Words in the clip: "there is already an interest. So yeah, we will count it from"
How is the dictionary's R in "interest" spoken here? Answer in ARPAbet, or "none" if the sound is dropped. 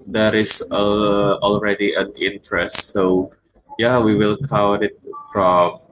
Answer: R